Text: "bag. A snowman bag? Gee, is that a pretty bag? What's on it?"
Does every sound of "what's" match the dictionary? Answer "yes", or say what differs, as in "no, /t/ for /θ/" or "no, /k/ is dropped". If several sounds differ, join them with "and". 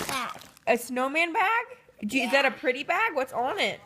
yes